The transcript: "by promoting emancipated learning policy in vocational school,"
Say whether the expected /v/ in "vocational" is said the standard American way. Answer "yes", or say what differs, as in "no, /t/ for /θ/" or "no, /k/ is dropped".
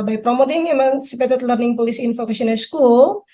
no, /f/ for /v/